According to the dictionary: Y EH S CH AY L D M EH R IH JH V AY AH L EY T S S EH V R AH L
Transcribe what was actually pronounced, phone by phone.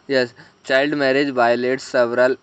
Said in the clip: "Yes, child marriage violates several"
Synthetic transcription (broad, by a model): Y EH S CH AY L D M EH R IH JH B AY L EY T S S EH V R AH L